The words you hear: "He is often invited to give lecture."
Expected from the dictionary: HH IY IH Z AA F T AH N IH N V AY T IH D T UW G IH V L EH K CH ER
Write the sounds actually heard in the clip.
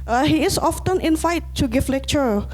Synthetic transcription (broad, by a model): HH IY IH S AA F T AH N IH N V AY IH T UW G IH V L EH K CH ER